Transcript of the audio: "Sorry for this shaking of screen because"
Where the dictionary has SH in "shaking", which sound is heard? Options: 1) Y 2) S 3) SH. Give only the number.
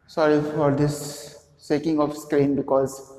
2